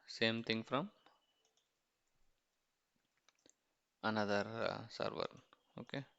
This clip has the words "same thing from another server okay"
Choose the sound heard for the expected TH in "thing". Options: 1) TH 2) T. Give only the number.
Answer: 2